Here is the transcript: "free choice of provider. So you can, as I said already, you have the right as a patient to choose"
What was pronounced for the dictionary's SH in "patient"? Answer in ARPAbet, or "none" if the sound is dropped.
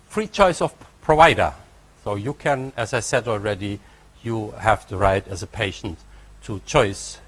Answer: SH